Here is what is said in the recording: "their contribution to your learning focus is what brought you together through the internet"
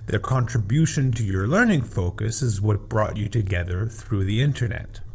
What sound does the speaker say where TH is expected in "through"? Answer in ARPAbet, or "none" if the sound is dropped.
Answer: TH